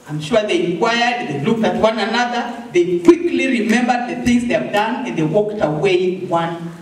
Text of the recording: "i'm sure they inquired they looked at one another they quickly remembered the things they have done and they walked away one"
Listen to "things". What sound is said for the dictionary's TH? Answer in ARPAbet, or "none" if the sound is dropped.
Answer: TH